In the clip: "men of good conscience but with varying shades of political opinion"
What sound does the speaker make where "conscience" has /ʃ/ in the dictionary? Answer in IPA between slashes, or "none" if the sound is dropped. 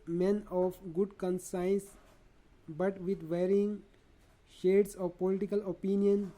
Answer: /s/